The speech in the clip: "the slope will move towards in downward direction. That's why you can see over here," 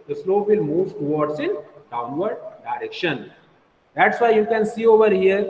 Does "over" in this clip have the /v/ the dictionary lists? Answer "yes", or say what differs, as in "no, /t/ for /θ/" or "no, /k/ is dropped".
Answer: yes